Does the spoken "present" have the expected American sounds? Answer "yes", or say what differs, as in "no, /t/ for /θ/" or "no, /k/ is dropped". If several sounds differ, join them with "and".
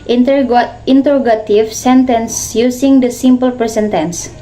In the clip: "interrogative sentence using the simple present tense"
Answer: no, /ɹ/ is dropped and /s/ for /z/